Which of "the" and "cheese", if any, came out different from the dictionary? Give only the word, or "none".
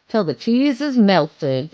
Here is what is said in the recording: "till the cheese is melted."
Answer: none